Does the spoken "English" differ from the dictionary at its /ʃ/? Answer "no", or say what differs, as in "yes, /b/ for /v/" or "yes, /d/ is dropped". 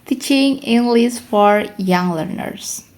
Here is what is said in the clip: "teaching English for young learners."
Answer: yes, /s/ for /ʃ/